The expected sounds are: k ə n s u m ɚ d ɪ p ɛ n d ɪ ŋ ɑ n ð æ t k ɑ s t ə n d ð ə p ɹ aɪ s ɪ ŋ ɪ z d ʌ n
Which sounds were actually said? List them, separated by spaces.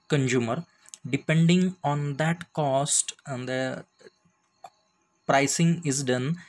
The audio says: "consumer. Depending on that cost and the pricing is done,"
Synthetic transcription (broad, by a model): k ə n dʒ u m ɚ d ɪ p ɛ n d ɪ ŋ ɑ n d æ t k ɑ s t ə n d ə p ɹ aɪ s ɪ ŋ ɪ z d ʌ n